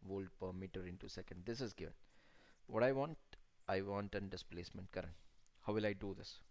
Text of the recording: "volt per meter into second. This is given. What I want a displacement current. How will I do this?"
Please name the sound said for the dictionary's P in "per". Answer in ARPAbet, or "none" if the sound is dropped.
P